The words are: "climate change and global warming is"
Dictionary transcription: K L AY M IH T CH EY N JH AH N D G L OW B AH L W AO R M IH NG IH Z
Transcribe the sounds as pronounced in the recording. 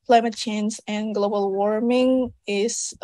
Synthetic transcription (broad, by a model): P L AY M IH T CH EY N Z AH N G L OW B AH L W AO R M IH NG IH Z